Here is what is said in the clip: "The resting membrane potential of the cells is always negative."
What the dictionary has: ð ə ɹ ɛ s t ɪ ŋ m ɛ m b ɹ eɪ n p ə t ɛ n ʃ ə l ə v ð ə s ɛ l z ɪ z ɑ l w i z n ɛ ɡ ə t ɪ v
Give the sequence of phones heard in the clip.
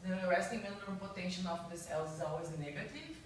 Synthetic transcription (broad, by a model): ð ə ɹ ɛ s t ɪ ŋ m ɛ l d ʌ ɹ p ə t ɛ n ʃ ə n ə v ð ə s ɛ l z ɪ z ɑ l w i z n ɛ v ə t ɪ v